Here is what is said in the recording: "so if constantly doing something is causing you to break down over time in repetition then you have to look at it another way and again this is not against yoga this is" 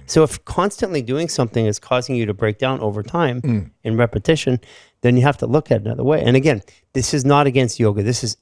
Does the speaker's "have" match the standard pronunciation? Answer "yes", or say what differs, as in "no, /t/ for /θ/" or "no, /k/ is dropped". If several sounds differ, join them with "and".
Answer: no, /f/ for /v/